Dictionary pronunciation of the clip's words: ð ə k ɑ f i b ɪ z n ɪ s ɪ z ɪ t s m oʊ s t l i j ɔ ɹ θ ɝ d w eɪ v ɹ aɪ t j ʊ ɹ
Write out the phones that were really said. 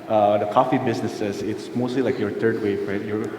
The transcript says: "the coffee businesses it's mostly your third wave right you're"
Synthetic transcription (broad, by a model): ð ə k ɑ f i b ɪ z n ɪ s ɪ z ɪ t s m oʊ s t l i j ɔ ɹ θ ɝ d w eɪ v ɹ aɪ t j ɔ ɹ